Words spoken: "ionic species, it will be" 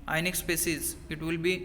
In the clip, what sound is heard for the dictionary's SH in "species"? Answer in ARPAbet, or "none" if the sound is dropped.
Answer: S